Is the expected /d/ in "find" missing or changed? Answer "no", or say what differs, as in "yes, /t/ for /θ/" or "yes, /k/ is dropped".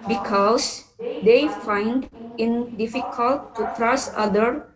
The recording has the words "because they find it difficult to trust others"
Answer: no